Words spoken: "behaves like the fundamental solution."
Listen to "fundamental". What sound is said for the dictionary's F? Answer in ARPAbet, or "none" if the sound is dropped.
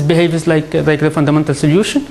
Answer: F